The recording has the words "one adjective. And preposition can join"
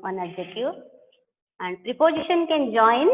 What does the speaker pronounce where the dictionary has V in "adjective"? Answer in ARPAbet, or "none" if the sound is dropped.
none